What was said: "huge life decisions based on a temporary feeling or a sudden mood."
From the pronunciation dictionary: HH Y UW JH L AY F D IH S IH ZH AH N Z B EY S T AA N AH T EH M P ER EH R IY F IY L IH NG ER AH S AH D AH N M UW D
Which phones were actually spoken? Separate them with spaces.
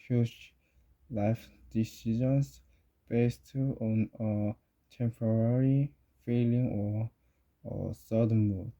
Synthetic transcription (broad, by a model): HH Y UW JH L AY F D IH S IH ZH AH N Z B EY S T AA N AH T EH M P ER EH R IY F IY L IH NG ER AH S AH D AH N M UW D